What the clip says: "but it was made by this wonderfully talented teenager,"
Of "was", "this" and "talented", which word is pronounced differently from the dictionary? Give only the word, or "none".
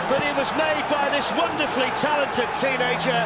none